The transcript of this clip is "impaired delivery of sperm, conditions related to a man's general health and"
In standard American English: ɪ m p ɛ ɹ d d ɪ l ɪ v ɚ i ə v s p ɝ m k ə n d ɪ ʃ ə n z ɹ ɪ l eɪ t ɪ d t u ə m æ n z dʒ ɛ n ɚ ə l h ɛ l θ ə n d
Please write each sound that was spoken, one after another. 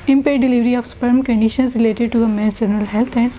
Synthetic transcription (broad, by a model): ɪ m p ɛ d d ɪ l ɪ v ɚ i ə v s p ɝ m k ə n d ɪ ʃ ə n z ɹ ɪ l eɪ t ɪ d t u ə m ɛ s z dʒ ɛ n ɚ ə l h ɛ l t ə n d